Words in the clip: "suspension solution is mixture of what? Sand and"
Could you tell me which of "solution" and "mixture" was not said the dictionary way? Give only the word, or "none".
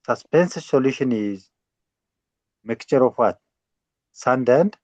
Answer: mixture